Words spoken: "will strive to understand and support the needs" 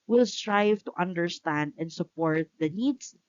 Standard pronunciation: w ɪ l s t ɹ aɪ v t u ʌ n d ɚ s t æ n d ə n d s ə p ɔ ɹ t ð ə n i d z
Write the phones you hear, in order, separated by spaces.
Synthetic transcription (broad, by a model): w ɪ l s t ɹ aɪ v t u ʌ n d ɚ s t æ n d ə n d s ə p ɔ ɹ t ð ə n i d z